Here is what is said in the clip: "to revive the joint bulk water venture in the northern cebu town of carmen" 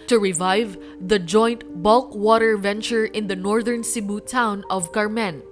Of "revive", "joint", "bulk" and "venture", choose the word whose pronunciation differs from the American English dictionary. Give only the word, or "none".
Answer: none